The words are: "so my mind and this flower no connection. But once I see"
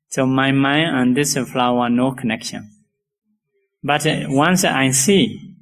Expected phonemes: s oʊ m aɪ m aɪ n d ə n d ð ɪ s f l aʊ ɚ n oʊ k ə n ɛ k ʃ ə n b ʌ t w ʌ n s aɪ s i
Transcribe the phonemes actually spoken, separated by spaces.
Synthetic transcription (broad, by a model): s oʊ m aɪ m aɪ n ə n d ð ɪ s f l aʊ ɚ n oʊ k ə n ɛ k ʃ ə n b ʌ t w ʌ n s aɪ s i